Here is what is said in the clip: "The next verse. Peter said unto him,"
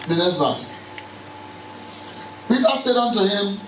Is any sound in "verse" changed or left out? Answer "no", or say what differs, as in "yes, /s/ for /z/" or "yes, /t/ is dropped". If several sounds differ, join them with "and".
yes, /b/ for /v/